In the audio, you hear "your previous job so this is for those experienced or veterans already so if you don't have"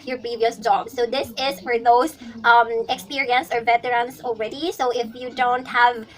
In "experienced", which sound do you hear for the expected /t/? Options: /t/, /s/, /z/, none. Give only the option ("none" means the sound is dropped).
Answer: none